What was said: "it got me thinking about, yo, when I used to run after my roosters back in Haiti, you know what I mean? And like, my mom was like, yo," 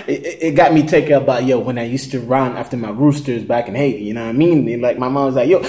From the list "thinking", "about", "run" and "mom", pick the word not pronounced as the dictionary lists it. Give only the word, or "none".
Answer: thinking